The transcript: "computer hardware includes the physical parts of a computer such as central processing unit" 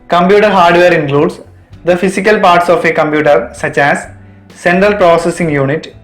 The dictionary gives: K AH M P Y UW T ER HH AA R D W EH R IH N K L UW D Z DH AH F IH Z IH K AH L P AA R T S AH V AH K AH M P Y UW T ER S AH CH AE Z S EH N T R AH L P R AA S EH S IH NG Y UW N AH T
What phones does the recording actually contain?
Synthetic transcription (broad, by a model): K AH M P Y UW T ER HH AA R D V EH R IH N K L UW D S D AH F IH S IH K AH L P AA R T S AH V AH K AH M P Y UW T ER S AH CH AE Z S EH N T R AH L P R AA S EH S IH NG Y UW N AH T